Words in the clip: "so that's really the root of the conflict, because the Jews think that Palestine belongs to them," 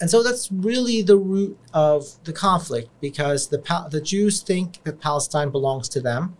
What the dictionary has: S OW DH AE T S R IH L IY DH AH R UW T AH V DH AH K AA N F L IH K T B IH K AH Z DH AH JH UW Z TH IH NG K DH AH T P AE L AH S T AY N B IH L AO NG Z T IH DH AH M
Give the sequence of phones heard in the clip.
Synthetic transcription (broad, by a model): S OW DH AE T S R IH L IY DH AH R UW T AH V DH AH K AA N F L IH K T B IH K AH Z DH AH JH UW Z TH IH NG K DH AH T P AE L AH S T AY N B IH L AO NG Z T IH DH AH M